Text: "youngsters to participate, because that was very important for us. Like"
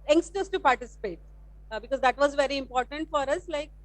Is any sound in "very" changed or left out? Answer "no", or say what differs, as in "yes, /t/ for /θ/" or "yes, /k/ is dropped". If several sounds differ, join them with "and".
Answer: no